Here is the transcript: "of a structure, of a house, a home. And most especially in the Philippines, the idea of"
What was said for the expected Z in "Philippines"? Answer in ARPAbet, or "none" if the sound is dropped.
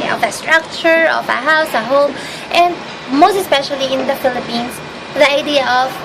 S